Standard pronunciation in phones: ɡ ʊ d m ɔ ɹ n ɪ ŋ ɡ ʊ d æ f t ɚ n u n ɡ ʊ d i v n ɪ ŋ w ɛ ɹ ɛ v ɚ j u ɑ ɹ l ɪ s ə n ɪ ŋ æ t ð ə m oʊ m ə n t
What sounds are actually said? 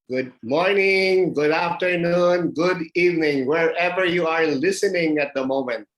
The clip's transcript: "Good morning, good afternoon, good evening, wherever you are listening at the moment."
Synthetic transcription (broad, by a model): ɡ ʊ d m ɔ ɹ n ɪ ŋ ɡ ʊ d æ f t ɚ n u n ɡ ʊ d i v n ɪ ŋ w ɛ ɹ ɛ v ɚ j u ɑ ɹ l ɪ s ə n ɪ ŋ æ t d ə m oʊ m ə n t